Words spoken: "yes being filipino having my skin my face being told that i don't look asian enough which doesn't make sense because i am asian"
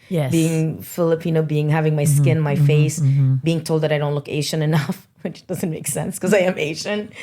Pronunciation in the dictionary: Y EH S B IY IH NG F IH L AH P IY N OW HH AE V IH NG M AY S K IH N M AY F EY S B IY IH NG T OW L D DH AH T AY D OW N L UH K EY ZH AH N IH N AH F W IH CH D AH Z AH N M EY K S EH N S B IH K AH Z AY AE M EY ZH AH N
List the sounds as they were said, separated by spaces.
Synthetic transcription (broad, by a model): Y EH B IY IH NG F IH L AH P IY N OW HH AE V IH NG M AY S K IH N M AY F EY S B IY IH NG T OW L D DH AH T AY D OW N L UH K EY SH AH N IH N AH F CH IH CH D AH Z AH N M EY K S EH N S K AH Z AY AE M EY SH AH N